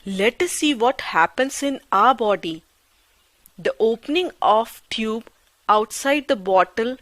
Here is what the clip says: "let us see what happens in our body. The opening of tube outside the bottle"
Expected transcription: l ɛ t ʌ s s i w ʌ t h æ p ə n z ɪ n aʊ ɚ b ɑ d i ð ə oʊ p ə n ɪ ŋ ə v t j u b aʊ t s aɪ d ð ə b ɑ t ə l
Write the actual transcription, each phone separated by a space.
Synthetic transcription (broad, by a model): l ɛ t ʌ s s i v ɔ t h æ p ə n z ɪ n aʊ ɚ b ɑ d i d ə oʊ p ə n ɪ ŋ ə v t j u b aʊ t s aɪ d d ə b ɑ t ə l